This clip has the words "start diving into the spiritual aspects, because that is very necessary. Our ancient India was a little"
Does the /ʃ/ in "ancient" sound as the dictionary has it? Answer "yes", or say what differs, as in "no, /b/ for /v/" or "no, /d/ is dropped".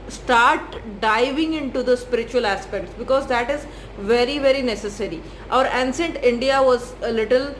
no, /s/ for /ʃ/